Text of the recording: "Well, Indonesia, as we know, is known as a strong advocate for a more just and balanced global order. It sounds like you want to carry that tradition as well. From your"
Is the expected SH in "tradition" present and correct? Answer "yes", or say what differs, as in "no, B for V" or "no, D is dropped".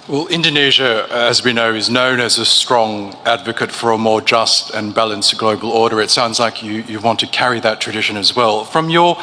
yes